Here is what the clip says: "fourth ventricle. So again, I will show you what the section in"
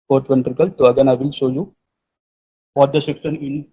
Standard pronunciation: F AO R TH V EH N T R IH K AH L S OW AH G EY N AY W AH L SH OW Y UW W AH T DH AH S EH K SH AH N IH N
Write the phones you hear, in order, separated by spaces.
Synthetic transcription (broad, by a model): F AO R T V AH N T R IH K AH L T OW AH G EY N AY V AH L SH OW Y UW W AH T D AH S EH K S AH N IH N